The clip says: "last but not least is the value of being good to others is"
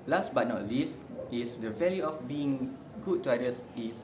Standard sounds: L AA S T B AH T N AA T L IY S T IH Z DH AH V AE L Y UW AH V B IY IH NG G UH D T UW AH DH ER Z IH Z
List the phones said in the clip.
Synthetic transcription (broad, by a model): L AA S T B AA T N AA T L IY S T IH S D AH V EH L Y UW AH F B IY IH NG G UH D T UW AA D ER S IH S